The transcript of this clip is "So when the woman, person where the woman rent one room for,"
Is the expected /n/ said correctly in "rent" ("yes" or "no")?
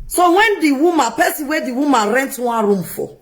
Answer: yes